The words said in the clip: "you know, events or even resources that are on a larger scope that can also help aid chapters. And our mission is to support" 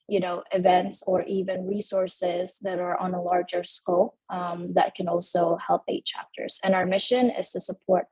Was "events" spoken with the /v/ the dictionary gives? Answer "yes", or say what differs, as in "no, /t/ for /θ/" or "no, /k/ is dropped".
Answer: yes